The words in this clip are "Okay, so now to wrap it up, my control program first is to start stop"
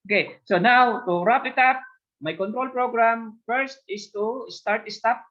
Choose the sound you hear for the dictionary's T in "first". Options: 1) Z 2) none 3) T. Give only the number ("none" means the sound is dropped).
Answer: 3